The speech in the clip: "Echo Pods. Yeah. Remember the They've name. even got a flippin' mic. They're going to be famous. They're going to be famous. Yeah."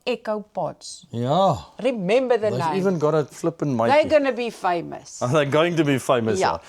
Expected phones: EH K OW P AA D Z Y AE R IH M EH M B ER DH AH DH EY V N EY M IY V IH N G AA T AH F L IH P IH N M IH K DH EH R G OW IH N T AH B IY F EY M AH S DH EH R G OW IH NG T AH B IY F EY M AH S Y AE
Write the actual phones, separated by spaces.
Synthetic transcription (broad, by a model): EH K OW B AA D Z Y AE R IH M EH M B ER DH AH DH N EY IY V IH N G AA T AH F L IH P IH N M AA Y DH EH G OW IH N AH B IY F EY M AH S DH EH G OW IH NG T AH B IY F EY M AH S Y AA